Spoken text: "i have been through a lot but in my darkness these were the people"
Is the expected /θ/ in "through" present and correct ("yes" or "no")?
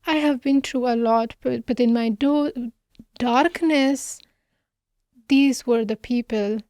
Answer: no